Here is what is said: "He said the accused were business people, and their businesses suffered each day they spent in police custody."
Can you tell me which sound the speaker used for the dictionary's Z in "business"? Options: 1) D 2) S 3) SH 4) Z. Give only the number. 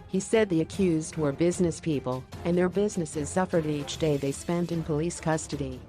4